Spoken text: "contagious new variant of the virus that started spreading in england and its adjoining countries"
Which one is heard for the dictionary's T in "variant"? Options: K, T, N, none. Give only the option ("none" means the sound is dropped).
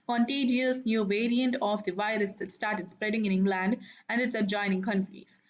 T